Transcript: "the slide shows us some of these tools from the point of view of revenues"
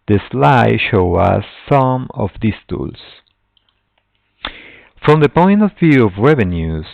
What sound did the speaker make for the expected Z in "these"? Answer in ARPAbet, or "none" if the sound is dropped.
S